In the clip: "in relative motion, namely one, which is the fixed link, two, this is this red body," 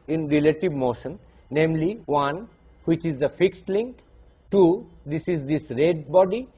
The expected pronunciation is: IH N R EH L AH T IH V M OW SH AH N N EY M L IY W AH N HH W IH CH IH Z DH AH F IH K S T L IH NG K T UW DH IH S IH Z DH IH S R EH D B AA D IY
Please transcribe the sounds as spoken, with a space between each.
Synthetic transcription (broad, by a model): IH N R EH L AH T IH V M OW SH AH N N EY M L IY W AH N HH W IH CH IH Z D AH F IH K S T L IH NG K T UW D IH S IH Z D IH S R EH D B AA D IY